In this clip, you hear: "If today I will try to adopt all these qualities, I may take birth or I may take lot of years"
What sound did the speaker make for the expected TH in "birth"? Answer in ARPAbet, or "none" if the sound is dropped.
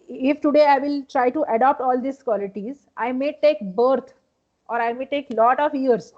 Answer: T